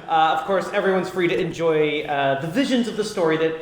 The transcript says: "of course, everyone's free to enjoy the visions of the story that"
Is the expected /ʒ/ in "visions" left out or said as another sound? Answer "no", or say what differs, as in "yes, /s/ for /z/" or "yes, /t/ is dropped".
no